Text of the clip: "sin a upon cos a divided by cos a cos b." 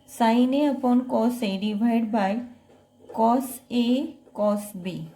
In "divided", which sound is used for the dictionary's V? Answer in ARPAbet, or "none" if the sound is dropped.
B